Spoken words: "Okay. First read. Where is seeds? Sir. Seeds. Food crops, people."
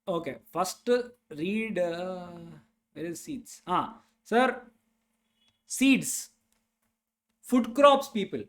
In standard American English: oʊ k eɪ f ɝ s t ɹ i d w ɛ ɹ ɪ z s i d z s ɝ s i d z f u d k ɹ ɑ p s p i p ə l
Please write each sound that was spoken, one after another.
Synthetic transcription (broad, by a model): oʊ k eɪ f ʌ s t ɹ i d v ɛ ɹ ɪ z s i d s s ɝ s i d s f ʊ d k ɹ ɑ p s p i p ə l